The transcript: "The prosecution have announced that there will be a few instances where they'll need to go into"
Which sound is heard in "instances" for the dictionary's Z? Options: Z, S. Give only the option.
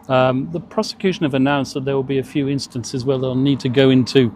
Z